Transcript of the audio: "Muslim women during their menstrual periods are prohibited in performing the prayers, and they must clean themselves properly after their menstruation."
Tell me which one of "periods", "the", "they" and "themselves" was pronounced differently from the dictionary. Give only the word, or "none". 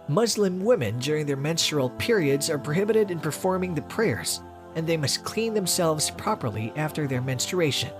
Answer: none